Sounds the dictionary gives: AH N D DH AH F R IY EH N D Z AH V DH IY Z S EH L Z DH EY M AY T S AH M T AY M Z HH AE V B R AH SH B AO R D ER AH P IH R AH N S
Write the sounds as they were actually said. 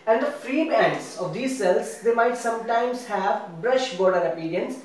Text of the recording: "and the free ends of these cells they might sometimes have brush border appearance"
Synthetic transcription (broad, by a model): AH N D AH F R IY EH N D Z AH V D IY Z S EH L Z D EY M AY T S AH M T AY M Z HH AE V B R AH SH B AO R D ER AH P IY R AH N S